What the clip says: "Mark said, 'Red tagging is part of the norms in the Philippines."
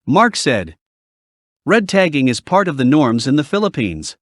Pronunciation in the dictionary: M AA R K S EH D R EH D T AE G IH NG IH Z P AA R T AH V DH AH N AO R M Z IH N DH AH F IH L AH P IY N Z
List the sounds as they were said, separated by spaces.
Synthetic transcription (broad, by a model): M AA R K S EH D R EH D T AE G IH NG IH Z P AA R T AH V DH AH N AO R M Z IH N DH AH F IH L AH P IY N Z